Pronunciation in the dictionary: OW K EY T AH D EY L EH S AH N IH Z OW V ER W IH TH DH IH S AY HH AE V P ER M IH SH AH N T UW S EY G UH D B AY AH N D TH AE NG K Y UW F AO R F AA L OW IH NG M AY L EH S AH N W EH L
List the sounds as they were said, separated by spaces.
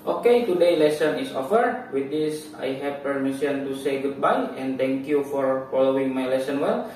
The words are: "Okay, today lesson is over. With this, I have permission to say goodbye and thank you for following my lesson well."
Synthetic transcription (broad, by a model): OW K EY T AH D EY L EH S AH N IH S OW F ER W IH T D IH S AY HH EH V P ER M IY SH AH N T UW S EY G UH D B AY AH N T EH NG K Y UW F AO R F AA L OW IH NG M AY L EH S AH N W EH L